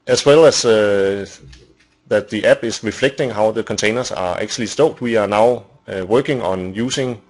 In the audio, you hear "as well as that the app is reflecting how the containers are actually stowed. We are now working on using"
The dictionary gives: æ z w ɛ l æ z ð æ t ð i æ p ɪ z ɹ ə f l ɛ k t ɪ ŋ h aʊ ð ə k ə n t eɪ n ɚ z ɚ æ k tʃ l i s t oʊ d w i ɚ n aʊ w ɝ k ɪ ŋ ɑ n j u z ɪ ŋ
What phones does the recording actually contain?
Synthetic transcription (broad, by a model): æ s w ɛ l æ s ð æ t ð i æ b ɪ s ɹ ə f l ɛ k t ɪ ŋ h aʊ ð ə k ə n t eɪ n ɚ s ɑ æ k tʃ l i s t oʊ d w i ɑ n aʊ w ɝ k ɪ ŋ ɑ n j u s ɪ ŋ